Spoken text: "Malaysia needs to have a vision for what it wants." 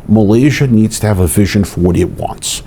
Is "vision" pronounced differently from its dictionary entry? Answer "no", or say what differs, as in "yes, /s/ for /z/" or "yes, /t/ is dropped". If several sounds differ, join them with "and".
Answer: no